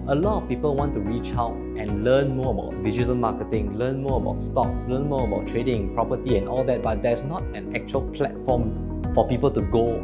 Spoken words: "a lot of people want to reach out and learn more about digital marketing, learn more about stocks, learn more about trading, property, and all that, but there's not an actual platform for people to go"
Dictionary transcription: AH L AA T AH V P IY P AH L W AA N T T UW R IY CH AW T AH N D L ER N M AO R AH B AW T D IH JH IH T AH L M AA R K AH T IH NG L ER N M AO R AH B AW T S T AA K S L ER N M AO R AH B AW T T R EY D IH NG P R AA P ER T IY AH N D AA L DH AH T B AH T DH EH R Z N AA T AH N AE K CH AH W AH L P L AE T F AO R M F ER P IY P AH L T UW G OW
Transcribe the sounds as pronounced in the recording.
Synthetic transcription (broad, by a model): AH L AA T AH F P IY P AH L W AA N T T UW R IY CH AW T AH N L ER N M AO AH B AW T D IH JH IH T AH L M AA K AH T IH NG L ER N M AO AH B AW T S T AA K S L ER N M AO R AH B AW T T R EY D IH NG P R AA P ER T IY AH N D AA L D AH T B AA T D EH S N AA T AH N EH K CH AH AH L P L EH T F AO M F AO P IY P AH L T UW G OW